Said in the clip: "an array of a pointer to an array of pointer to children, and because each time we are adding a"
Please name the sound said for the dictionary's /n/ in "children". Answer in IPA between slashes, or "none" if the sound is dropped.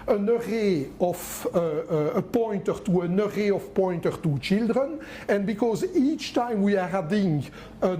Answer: /n/